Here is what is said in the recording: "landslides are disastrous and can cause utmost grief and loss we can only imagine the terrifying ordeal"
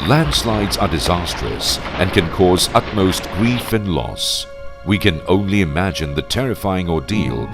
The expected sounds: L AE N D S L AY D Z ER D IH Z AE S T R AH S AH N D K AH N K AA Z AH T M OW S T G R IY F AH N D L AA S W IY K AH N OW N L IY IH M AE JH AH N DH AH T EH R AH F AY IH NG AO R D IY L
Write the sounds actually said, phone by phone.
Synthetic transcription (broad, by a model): L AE N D S L AY D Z ER D IH Z AE S T R AH S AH N K AH N K AA Z AH T M OW S T G R IY F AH N L AA S W IY K AH N OW N L IY IH M AE JH AH N DH AH T EH R AH F AY IH NG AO R D IY L